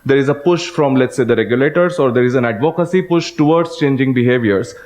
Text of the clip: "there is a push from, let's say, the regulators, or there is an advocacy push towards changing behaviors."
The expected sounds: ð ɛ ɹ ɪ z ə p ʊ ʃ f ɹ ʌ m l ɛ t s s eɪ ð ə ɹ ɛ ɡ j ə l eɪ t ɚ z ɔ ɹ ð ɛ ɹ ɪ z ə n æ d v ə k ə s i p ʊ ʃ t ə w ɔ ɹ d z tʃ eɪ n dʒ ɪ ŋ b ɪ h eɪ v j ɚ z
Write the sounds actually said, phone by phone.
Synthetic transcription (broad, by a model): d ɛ ɹ ɪ z ə p ʊ ʃ f ɹ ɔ m l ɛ t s s eɪ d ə ɹ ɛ ɡ j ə l eɪ t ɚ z ɔ ɹ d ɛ ɹ ɪ z ə n æ d v ə k ə s i p ʊ ʃ t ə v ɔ ɹ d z tʃ eɪ n dʒ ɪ ŋ b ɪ h eɪ v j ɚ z